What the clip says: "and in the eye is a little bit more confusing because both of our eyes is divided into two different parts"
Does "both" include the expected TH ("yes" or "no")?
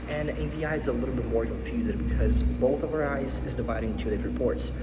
yes